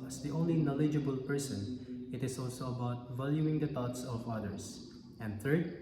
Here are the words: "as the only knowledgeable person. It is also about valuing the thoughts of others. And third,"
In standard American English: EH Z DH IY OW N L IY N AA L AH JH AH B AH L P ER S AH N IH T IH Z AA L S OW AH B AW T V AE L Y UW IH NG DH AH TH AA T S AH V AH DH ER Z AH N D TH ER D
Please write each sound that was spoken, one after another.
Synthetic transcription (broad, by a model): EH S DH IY OW N L IY N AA L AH JH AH B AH L P ER S AH N IH T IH S AA L S OW AH B AW T V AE L Y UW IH NG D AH T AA T S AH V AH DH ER S AH N D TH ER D